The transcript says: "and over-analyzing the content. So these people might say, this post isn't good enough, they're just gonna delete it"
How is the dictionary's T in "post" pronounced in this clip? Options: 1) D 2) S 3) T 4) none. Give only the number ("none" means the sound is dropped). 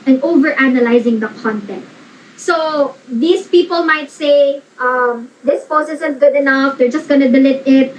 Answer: 4